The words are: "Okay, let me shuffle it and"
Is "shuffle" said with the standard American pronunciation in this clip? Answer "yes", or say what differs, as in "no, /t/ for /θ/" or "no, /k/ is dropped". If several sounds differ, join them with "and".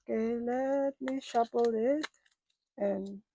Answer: no, /p/ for /f/